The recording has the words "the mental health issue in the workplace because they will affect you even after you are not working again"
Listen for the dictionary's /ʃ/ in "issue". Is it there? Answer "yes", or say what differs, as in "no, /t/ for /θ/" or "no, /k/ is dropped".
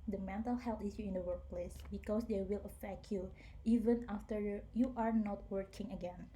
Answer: no, /s/ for /ʃ/